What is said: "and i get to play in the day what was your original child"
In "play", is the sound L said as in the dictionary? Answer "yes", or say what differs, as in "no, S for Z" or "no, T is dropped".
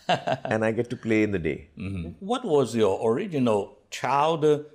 yes